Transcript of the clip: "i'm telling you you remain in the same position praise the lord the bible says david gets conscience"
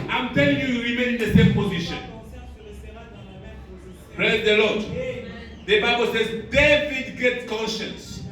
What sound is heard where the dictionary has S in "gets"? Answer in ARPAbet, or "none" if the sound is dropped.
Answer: none